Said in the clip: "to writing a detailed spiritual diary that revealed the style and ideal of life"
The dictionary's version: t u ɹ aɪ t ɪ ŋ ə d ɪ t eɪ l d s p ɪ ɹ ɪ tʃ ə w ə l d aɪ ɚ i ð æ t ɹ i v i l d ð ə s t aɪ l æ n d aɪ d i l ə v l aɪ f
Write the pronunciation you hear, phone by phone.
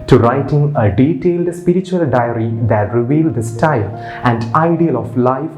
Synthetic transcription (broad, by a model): t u ɹ aɪ t ɪ ŋ ə d ɪ t eɪ l d s p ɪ ɹ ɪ tʃ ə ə l d aɪ ɚ i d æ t ɹ i v i l d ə s t aɪ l æ n d aɪ d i l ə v l aɪ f